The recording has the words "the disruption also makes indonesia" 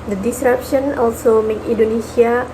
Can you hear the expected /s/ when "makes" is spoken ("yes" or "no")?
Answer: no